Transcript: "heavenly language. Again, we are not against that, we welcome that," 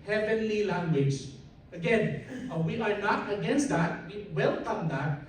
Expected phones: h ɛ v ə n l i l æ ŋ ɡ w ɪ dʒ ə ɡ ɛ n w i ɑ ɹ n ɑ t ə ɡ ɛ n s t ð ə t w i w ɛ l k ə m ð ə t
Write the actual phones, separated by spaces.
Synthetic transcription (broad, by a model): h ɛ v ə n l i l æ ŋ ɡ w ɪ dʒ ə ɡ ɛ n w i ɑ ɹ n ɑ t ə ɡ ɛ n s t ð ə t w i w ɛ l k ə m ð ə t